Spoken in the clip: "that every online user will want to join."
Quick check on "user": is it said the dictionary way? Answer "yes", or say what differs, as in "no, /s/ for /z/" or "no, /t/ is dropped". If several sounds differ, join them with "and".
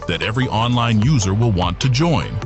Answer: yes